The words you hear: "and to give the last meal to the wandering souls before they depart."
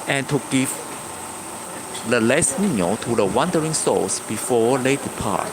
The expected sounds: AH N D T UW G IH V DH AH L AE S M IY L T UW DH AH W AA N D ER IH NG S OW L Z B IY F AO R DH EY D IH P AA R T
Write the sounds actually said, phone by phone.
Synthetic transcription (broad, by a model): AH N T UW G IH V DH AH L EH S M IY N T UW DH AH W AA N D ER IH NG S OW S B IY F AO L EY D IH P AA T